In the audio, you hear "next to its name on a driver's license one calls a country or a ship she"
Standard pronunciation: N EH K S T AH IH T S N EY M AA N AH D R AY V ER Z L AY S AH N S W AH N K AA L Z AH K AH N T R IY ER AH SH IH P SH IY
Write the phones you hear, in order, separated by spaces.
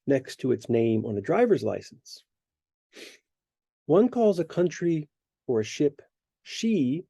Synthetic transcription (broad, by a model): N EH K S T AH IH T S N EY M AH N AH D R AY V ER Z L AY S N S W AH N K AA L Z AH K AH N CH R IY ER AH SH IH P SH IY